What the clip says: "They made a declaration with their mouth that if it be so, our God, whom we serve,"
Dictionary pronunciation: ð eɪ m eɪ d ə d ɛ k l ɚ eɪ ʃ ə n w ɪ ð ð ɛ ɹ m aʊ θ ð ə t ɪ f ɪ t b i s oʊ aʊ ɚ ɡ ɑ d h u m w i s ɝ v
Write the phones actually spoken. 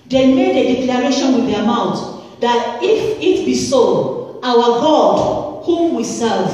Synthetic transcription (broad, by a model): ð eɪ m eɪ d ə d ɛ k l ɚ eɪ ʃ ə n w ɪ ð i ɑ m aʊ t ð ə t ɪ f ɪ t b i s oʊ aʊ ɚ ɡ ɑ d h u m w i s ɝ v